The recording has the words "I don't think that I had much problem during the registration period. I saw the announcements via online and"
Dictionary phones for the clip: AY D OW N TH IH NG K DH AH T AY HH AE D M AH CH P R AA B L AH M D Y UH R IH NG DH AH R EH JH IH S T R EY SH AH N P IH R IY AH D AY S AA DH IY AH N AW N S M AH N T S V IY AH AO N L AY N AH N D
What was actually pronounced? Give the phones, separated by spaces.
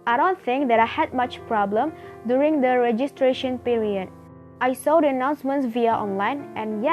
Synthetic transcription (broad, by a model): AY D OW N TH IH NG K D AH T AY HH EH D M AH CH P R AA B L AH M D Y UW R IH NG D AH R EH JH IH S T R EY SH AH N P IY R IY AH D AY S AA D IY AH N AW N S M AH N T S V IY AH AO N L AY N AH N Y